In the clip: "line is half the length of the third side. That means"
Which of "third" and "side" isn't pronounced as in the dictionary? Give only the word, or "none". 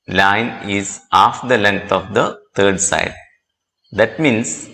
third